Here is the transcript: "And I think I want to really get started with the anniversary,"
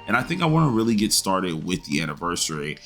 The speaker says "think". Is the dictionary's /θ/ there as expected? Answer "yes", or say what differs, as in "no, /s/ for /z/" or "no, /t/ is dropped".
yes